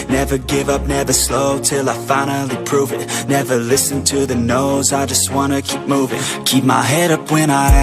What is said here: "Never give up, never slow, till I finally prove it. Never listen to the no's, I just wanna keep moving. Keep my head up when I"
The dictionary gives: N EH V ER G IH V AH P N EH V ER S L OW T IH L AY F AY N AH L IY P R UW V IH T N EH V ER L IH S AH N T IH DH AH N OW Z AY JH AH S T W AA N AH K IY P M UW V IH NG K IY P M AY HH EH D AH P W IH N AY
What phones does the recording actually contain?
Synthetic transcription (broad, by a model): N EH V ER G IH V AH P N EH V ER S L OW T IH L AY F AY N L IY P R UW V IH T N EH V ER L IH S AH N T IH DH AH N OW Z AY JH AH S T W AA N AH K IY P M UW V IH NG K IY P M AY HH EH D AH P W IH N AY